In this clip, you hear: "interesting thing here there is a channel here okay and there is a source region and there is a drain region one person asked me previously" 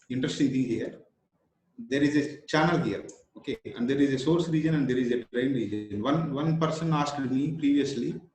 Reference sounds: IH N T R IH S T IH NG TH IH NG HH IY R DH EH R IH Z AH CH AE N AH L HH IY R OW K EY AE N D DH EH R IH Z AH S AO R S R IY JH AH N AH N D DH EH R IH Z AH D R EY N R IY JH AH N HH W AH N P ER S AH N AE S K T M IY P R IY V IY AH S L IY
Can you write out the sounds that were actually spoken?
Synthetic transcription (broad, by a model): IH N T R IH S T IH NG T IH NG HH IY R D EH R IH Z AH CH AE N AH L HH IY R OW K EY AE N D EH R IH Z AH S AO R S R IY JH AH N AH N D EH R IH Z AH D R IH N R IY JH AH N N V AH N P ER S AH N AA S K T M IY P R IY V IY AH S L IY